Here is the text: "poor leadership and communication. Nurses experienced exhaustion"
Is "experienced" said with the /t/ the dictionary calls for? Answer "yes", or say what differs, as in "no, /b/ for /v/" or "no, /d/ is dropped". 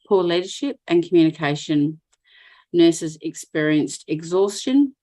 yes